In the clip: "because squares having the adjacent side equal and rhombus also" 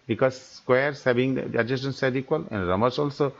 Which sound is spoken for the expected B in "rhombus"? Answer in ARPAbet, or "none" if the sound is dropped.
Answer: none